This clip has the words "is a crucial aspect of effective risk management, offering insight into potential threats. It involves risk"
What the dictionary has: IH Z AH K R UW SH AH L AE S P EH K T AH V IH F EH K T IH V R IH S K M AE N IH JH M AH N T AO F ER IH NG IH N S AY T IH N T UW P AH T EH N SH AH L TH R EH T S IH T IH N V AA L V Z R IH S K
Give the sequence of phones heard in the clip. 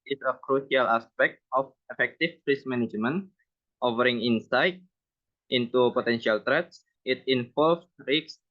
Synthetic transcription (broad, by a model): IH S AH K R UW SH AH L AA S P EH K T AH F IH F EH K T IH P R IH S M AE N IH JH M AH N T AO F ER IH NG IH N S AY T IH N T UW P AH T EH N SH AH L T R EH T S IH T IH N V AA L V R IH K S